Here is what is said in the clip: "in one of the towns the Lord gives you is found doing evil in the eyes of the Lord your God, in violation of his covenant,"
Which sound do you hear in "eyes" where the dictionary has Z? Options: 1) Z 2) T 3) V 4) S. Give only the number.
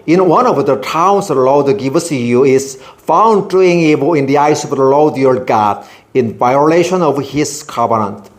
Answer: 4